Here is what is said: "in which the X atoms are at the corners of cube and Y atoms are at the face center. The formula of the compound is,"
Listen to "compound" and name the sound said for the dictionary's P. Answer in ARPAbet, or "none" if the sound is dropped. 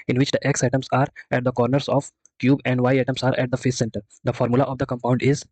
P